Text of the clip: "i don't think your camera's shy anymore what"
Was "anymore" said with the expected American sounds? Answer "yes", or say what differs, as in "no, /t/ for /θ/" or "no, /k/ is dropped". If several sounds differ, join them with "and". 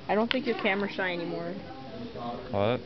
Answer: yes